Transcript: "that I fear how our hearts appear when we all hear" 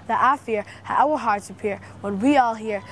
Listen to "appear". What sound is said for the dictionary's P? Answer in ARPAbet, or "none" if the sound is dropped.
P